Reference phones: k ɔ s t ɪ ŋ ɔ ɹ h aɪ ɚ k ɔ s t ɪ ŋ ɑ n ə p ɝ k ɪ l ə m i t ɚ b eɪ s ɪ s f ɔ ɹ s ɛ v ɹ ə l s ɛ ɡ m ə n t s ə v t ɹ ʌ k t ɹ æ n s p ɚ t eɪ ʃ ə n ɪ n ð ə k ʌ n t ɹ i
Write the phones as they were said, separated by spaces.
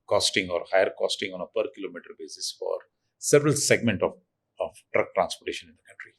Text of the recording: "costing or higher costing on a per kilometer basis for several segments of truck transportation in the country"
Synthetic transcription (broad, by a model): k ɔ s t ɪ ŋ ɔ ɹ h aɪ ɚ k ɔ s t ɪ ŋ ɑ n ə p ɝ k ɪ l ə m i t ɚ b eɪ s ɪ s f ɔ ɹ s ɛ v ɹ ə l s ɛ ɡ m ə n t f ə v t ɹ ʌ k t ɹ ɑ n s p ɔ t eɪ ʃ ə n ɪ n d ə k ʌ n t ɹ i